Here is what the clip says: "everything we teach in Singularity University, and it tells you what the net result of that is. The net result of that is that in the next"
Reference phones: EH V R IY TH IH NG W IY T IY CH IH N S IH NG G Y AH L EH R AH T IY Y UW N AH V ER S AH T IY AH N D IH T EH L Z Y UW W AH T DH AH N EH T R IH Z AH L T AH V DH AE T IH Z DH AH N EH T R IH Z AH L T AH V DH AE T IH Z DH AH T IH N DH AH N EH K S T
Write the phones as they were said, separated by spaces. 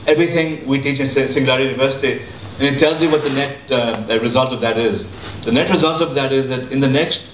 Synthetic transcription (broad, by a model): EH V R IY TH IH NG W IY T IY CH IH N S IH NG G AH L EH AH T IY Y UW N AH V ER S AH T IY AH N IH T EH L Z Y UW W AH T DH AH N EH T R IH Z AH L T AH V DH AE T IH Z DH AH N EH T R IH Z AH L T AH V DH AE T IH Z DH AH T IH N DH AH N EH K S T